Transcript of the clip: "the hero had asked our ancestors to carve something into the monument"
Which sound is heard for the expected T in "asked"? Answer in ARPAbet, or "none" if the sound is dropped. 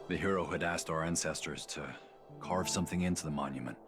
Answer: T